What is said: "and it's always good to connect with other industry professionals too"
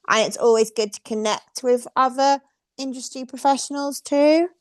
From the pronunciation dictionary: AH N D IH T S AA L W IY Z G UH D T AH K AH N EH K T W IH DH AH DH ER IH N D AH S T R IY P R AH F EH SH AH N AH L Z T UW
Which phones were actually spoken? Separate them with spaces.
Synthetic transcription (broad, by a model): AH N IH T S AA L W IY Z G UH D T AH K AH N EH K T W IH DH AH DH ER IH N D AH S T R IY P R AH F EH SH AH N AH L Z T UW